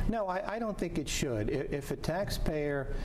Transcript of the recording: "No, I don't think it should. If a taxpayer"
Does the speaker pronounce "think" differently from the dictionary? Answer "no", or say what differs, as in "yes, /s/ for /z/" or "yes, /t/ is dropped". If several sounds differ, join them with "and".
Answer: no